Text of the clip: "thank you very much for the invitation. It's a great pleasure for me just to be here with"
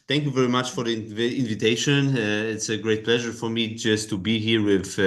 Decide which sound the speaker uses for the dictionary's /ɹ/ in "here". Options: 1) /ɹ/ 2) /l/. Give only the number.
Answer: 1